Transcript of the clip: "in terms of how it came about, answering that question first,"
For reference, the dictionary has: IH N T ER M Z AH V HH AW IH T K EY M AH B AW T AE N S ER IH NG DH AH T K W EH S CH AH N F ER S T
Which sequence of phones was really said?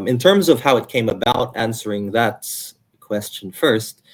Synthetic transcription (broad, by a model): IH N T ER M Z AH V HH AW IH T K EY M AH B AW T AE N S ER IH NG DH AH T K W EH S CH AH N F ER S T